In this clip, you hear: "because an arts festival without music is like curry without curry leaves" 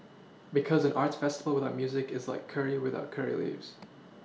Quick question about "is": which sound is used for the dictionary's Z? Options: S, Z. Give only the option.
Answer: Z